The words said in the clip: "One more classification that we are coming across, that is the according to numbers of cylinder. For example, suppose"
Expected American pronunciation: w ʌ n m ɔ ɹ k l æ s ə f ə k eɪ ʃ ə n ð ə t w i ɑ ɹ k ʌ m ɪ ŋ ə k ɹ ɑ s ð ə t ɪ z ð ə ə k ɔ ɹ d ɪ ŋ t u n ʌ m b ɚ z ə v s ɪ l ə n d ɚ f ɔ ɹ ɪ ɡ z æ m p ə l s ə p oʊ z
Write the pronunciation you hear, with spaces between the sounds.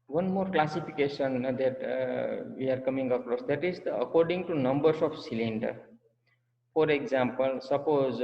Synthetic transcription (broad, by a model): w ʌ n m ɔ ɹ k l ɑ s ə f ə k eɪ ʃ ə n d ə t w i ɑ ɹ k ʌ m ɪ ŋ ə k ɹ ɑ s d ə t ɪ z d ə ə k ɔ ɹ d ɪ ŋ t u n ʌ m b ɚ s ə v s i l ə n d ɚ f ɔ ɹ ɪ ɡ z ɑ m p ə l s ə p oʊ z